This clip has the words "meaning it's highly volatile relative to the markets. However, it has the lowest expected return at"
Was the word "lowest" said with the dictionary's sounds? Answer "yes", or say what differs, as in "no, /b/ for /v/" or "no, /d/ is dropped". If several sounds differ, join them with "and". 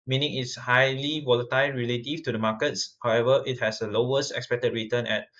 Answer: yes